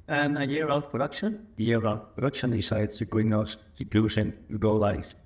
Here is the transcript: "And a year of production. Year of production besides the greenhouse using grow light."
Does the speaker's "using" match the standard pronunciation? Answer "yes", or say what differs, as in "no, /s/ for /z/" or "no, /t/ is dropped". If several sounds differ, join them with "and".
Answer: no, /s/ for /z/